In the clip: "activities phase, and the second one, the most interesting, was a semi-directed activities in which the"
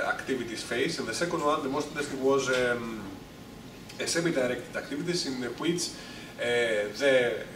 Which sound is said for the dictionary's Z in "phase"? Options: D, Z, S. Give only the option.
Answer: S